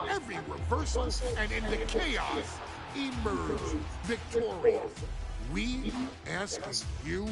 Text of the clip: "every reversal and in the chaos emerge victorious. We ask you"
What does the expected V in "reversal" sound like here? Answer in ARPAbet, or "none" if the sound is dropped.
P